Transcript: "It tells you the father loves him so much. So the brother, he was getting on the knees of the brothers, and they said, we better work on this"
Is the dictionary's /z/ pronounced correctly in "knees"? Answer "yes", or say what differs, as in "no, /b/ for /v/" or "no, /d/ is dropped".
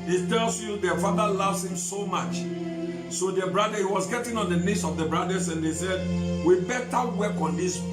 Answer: no, /s/ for /z/